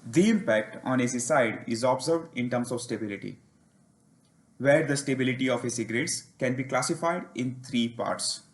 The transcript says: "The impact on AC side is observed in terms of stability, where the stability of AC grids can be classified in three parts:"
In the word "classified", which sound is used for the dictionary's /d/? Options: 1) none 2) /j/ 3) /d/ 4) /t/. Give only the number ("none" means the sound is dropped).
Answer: 3